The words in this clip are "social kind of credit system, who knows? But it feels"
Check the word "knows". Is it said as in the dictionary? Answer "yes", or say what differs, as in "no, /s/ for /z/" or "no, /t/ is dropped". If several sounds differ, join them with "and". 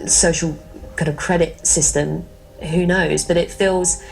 yes